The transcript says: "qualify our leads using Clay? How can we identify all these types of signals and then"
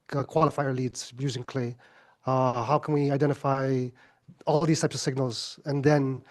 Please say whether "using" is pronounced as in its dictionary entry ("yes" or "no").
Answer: yes